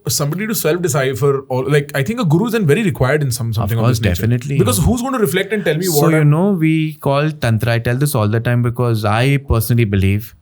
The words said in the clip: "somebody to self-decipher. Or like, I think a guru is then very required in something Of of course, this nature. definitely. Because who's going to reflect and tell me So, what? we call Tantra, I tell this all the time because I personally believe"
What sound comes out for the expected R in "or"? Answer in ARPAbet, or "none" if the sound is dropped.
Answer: L